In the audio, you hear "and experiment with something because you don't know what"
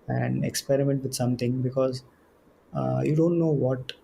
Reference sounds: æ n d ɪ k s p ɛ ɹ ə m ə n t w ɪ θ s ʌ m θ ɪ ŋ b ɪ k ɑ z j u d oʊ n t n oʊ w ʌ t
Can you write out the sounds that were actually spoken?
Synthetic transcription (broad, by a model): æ n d ɪ k s p ɛ ɹ ə m ə n t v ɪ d s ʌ m t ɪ ŋ b ɪ k ɑ z j u d oʊ n t n oʊ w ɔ t